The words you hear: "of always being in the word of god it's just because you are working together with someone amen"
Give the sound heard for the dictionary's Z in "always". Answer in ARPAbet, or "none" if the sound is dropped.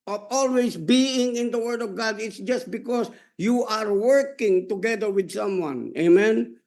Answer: S